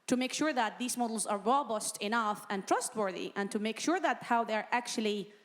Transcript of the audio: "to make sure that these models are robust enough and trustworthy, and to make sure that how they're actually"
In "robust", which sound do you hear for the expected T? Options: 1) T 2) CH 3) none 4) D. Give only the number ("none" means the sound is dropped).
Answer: 1